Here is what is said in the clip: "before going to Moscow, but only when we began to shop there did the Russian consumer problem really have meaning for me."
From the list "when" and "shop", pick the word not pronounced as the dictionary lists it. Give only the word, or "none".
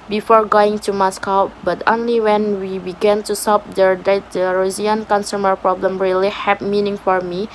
shop